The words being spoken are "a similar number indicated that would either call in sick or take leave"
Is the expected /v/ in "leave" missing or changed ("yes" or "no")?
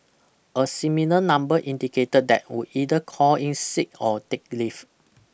yes